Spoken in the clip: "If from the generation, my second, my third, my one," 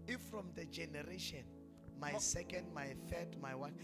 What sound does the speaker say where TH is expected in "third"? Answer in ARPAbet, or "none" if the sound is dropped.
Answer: F